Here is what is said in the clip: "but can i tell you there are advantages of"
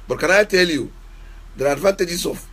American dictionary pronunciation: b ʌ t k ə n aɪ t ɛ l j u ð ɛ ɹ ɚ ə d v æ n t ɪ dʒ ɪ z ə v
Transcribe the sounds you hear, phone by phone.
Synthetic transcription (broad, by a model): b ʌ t k ə n aɪ t ɛ l j u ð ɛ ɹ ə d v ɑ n t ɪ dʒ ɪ s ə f